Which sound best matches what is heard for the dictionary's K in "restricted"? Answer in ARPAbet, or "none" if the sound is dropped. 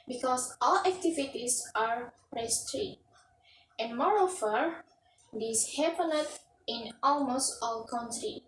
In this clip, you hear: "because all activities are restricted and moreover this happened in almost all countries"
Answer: none